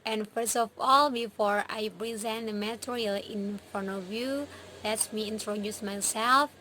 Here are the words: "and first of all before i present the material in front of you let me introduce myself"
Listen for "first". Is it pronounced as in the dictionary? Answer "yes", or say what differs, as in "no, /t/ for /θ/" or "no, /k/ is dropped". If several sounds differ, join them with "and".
yes